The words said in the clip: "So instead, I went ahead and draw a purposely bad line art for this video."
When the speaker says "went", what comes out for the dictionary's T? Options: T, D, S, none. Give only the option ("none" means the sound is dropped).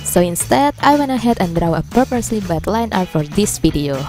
none